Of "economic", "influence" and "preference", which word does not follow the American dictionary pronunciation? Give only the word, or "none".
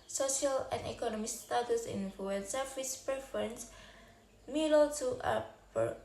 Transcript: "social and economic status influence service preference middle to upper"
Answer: influence